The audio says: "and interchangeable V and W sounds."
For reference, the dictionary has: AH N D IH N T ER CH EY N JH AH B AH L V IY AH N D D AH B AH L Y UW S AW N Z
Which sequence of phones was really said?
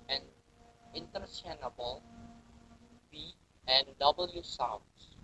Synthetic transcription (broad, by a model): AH N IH N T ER S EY N AH B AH L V IY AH N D D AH B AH L Y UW S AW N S